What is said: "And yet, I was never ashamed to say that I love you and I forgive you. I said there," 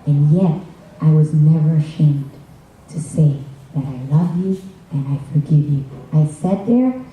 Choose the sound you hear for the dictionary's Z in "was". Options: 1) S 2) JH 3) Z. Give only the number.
3